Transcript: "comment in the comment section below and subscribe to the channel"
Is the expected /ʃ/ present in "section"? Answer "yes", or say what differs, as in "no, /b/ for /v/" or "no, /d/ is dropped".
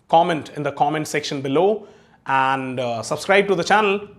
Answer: yes